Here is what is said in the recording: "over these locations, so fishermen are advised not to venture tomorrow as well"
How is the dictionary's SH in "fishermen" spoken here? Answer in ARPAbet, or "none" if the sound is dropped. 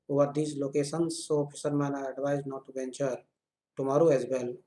S